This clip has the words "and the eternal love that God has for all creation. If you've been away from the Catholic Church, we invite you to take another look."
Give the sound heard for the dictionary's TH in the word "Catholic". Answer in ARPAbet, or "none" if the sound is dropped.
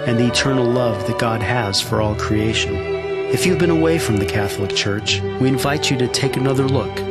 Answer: TH